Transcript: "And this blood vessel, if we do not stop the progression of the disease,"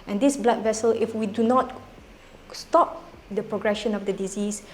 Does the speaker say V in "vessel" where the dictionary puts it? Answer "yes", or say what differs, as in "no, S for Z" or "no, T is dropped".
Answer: yes